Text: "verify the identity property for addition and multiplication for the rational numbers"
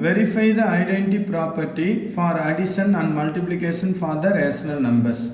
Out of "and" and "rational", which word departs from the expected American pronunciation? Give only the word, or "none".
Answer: rational